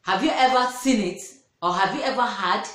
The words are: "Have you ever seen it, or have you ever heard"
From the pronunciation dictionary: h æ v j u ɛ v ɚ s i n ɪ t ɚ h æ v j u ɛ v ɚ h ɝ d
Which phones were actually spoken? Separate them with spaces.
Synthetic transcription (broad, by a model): h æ v j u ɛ v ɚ s i n ɪ t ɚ h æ v j u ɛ v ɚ h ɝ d